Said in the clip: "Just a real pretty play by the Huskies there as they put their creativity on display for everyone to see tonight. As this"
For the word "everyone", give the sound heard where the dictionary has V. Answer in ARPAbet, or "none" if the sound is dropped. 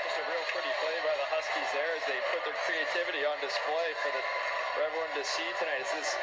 none